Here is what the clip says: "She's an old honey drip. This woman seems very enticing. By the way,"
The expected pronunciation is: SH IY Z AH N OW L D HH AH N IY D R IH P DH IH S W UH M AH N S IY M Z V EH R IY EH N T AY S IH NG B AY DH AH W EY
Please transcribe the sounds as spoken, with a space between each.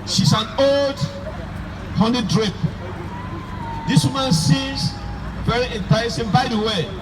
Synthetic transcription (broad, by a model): SH IY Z AH N OW L D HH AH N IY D R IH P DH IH S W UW M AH N S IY Z V EH R IY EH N T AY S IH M B AY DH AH W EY